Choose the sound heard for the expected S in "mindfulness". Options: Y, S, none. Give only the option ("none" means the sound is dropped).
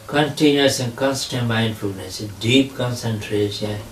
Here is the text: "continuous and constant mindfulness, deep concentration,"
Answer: S